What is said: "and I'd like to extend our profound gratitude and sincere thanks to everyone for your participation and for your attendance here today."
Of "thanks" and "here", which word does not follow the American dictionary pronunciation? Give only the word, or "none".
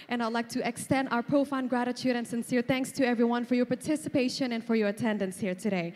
none